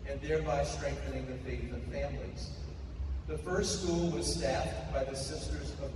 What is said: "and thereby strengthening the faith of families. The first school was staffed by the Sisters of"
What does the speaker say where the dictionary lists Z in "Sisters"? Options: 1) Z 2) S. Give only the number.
1